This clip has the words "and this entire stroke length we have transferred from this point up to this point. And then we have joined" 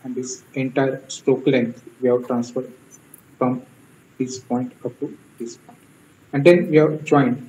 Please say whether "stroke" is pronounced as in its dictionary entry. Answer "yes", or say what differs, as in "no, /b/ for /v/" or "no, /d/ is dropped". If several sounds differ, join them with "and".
no, /ɹ/ is dropped